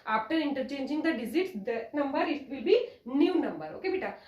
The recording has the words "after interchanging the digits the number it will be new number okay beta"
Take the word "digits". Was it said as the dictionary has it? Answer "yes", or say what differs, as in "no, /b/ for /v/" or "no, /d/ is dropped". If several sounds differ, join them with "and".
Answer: no, /z/ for /dʒ/